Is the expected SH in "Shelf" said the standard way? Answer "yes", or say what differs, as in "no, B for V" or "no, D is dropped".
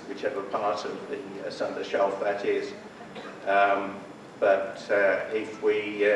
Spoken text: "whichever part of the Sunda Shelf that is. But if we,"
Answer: yes